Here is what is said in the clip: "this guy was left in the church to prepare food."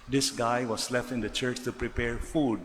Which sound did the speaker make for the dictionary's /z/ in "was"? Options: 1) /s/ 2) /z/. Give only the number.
1